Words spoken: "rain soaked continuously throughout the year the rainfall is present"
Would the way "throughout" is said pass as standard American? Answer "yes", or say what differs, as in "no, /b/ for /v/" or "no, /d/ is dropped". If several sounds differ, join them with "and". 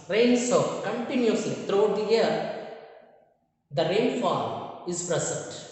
no, /t/ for /θ/